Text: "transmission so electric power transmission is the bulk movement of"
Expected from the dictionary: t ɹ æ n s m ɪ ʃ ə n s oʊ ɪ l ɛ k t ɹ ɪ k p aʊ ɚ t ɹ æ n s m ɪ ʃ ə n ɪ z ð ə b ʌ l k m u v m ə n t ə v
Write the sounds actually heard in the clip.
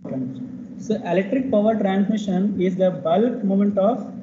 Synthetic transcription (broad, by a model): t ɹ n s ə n ɪ l ɛ k t ɹ ɪ k p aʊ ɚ t ɹ æ n s m ɪ ʃ ə n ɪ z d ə b ʌ l k m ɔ m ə n t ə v